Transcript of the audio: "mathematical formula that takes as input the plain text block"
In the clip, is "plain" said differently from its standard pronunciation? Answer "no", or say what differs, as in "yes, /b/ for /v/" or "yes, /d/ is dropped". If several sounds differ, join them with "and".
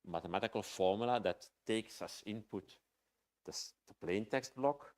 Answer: no